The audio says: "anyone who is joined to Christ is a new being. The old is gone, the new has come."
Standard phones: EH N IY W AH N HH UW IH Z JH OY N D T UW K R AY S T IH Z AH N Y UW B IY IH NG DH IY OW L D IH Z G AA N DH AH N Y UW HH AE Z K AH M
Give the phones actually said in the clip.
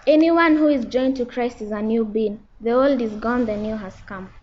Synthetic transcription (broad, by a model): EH N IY W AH N HH UW IH Z JH OY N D T UW K R AY S T IH Z AH N Y UW B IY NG DH IY OW L D IH Z G AA N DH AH N Y UW HH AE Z K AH M